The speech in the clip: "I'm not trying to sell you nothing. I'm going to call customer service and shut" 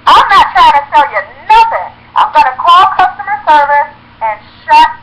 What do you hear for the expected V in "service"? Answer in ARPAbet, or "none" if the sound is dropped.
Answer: V